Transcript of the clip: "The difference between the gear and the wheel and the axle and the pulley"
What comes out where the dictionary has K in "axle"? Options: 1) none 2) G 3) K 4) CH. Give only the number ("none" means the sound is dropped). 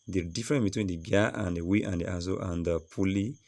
1